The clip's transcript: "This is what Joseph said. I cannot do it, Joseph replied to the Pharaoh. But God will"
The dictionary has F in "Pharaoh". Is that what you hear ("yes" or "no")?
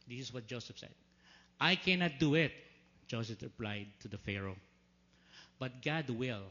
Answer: yes